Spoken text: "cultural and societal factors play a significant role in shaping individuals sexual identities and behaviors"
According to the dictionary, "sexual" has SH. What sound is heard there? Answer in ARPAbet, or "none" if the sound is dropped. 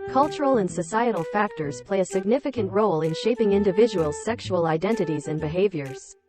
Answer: SH